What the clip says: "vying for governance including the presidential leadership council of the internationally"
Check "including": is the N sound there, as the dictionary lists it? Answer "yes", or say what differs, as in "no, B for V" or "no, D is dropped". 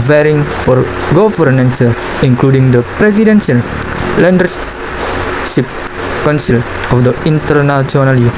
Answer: no, L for N